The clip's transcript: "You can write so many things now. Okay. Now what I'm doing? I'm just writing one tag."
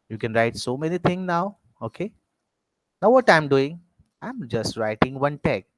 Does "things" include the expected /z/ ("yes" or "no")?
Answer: no